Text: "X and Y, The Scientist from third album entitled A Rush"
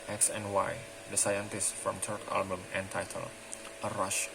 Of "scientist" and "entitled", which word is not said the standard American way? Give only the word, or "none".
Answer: entitled